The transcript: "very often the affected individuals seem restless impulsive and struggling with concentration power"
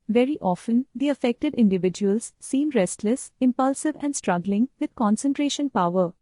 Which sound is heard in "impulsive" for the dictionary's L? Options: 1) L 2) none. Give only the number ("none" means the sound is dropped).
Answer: 1